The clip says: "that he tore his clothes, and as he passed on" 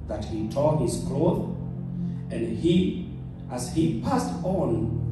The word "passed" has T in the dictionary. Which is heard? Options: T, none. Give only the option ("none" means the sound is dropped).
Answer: T